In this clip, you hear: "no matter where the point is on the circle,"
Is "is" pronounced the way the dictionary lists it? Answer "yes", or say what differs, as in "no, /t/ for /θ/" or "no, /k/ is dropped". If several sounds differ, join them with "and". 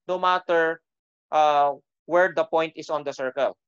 no, /s/ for /z/